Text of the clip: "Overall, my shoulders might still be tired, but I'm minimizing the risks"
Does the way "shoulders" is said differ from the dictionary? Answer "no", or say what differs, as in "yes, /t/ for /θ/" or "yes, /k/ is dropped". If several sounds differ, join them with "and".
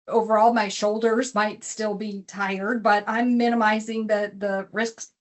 no